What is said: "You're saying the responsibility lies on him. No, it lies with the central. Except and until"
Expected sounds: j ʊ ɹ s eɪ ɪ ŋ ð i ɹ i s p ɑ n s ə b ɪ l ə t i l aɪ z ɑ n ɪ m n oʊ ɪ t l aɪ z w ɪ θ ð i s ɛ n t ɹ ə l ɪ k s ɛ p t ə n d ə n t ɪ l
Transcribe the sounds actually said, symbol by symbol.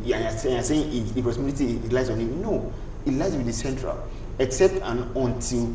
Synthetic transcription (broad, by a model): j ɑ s s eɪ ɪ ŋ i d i p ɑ s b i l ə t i l aɪ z ɑ n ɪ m n oʊ ɪ t l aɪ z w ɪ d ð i s ɛ n t ɹ ə l ɪ k s ɛ p t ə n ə n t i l